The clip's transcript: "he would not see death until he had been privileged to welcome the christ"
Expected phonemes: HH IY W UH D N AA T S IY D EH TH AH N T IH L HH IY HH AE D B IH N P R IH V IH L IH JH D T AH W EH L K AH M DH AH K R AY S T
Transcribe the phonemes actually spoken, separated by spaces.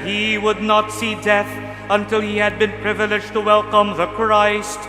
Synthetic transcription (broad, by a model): HH IY W UH D N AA T S IY D EH TH AH N T IH L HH IY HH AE D B IH N P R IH V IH L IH JH T AH W EH L K AH M DH AH K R AY S T